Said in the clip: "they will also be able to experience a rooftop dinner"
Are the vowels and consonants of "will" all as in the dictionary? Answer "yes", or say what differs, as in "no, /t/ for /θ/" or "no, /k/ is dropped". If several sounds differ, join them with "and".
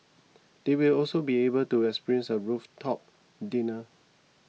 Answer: yes